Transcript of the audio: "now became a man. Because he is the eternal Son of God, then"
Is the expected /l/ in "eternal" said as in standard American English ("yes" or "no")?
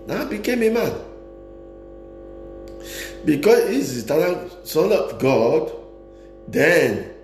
no